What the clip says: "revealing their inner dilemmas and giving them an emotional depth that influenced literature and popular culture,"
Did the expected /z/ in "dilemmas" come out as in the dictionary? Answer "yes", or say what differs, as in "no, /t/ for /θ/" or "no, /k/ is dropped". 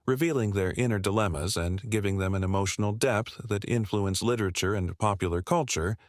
yes